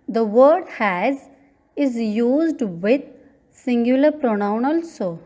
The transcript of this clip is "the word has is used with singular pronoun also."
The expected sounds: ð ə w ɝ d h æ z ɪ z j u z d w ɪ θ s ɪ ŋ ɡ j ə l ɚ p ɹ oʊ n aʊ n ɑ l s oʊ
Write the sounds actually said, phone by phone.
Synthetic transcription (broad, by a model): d ə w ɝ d h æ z ɪ z j u z d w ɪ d s ɪ ŋ ɡ j ə l ɚ p ɹ oʊ n aʊ n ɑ l s oʊ